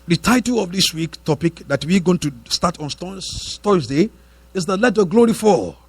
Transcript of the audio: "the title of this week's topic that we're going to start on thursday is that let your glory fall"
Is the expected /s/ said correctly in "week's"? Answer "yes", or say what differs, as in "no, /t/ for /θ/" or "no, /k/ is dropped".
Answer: no, /s/ is dropped